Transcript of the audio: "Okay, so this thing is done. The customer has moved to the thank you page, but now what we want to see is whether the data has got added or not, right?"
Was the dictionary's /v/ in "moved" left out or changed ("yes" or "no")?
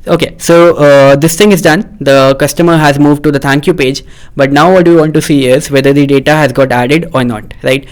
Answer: no